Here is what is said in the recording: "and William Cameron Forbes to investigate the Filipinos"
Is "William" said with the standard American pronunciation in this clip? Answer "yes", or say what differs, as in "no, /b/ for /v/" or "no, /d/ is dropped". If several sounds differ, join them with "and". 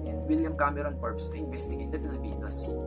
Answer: yes